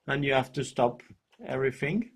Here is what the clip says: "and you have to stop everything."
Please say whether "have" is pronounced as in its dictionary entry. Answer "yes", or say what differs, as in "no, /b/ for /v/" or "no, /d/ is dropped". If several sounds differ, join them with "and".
no, /f/ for /v/